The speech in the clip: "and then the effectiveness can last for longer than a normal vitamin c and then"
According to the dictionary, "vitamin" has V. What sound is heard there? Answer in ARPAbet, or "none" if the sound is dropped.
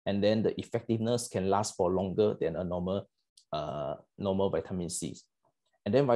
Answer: V